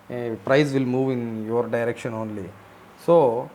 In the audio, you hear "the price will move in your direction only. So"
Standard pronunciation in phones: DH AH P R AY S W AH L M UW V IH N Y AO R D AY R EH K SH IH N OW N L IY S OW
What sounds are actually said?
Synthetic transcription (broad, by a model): P R AY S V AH L M UW V IH N Y AO R D AY R EH K SH IH N OW N L IY S OW